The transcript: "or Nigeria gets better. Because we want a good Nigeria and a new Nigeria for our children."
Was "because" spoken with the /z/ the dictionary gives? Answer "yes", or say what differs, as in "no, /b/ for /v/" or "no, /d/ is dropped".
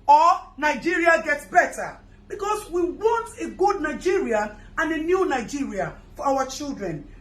no, /s/ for /z/